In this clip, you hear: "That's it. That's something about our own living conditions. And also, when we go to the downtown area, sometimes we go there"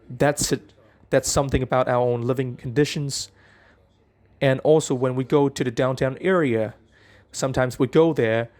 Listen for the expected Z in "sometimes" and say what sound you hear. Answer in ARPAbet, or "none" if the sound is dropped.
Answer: Z